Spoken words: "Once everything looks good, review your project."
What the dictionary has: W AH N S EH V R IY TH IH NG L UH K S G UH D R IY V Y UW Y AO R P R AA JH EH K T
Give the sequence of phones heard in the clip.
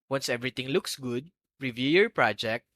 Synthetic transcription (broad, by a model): W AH N S EH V R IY T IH NG L UH K S G UH D R IY V Y UW Y AO R P R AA JH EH K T